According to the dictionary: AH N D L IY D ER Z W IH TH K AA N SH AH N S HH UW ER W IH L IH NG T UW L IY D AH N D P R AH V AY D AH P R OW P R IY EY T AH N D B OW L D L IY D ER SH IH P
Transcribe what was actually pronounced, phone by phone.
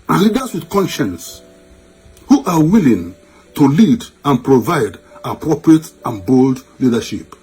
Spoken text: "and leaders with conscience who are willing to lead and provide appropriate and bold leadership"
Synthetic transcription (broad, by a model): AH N L IY D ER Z W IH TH K AA N SH AH N S HH UW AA W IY L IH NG T UW L IY D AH N P R AH V AY D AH P R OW P R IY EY T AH N B OW L D L IY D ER SH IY P